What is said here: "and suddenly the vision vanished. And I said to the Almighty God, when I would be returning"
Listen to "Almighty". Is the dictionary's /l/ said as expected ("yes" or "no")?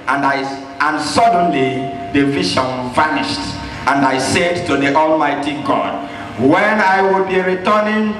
yes